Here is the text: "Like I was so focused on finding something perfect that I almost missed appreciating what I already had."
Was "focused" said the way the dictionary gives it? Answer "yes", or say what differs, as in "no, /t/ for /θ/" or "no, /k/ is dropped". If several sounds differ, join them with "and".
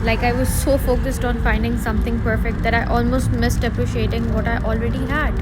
yes